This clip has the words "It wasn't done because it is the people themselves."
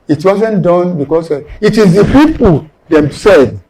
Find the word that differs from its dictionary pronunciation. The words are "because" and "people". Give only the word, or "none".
because